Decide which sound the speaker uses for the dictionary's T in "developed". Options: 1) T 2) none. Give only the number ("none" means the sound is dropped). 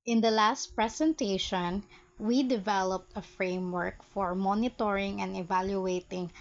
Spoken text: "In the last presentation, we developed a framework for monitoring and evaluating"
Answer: 1